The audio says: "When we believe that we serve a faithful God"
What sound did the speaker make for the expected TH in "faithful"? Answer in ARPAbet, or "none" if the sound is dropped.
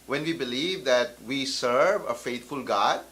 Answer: T